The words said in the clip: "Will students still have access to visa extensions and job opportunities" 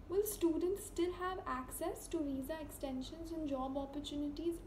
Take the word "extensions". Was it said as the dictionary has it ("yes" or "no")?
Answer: yes